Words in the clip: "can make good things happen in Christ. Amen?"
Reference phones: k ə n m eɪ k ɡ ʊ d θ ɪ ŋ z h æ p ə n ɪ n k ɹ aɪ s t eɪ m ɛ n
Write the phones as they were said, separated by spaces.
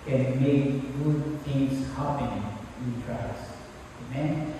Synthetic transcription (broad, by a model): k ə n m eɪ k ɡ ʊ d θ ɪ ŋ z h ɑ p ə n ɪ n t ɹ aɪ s eɪ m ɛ n